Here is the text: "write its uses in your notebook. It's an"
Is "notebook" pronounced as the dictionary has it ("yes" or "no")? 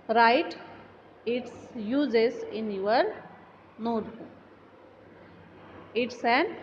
no